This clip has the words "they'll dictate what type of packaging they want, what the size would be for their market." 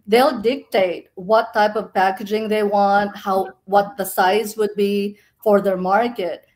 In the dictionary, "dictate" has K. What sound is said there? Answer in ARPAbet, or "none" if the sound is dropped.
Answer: K